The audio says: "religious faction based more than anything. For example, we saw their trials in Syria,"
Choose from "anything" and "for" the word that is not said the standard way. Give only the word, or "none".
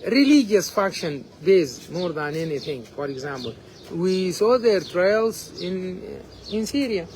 anything